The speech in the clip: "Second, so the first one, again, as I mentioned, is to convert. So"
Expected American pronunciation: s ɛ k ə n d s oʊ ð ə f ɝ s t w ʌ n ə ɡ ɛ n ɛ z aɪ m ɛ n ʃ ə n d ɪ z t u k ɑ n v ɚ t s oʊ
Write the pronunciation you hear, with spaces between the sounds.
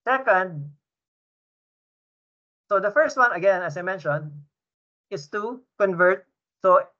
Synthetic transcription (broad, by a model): s ɛ k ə n d s oʊ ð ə f ɝ s t w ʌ n ə ɡ ɛ n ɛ s aɪ m ɛ n ʃ ə n d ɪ s t u k ɑ n v ɚ t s oʊ